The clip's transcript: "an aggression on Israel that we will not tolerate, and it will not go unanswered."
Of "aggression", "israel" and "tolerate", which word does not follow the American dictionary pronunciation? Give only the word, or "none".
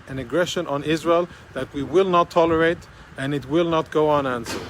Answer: none